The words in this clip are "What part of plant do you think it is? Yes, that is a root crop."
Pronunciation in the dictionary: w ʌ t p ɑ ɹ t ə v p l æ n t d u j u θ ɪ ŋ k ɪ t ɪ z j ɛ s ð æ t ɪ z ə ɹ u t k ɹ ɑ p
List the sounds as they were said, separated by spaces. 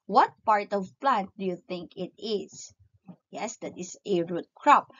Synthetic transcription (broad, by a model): w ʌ t p ɑ ɹ t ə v p l æ n t d u j u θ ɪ ŋ k ɪ t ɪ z j ɛ s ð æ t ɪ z ə ɹ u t k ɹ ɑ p